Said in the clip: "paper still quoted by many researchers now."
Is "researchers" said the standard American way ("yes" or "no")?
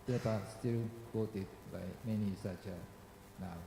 no